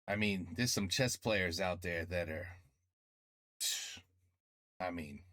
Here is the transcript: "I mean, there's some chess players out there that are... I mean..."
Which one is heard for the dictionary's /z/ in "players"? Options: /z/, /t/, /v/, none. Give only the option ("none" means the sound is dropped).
/z/